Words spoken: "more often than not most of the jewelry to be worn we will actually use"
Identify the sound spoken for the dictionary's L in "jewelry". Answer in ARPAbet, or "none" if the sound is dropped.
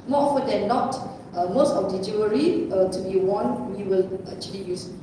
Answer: none